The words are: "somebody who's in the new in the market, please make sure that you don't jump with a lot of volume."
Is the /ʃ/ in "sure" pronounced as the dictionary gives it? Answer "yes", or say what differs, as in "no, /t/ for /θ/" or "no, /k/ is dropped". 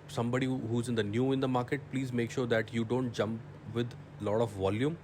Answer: yes